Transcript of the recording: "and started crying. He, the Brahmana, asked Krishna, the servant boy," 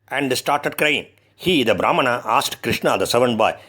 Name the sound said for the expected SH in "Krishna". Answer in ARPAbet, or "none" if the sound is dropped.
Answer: SH